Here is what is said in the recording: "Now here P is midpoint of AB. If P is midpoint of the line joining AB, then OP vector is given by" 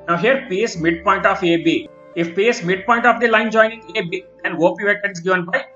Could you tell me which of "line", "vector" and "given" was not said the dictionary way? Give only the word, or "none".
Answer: vector